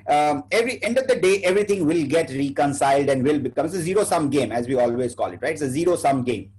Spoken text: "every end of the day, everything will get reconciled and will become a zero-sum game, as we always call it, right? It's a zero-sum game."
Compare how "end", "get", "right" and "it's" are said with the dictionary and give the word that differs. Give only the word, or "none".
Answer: right